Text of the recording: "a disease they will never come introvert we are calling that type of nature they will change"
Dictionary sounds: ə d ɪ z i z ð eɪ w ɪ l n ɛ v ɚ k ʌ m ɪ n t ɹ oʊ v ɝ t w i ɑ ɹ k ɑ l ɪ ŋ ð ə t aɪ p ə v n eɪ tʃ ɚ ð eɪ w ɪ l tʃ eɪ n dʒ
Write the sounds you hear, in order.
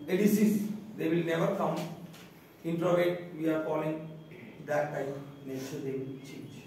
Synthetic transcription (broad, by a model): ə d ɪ s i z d eɪ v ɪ l n ɛ v ɚ k ʌ m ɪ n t ɹ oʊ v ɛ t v i ɑ ɹ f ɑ l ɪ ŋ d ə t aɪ ə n n eɪ tʃ ɚ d eɪ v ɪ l tʃ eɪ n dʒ